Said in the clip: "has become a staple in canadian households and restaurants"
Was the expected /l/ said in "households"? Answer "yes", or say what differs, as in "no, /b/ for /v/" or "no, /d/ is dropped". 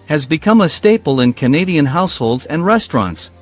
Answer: yes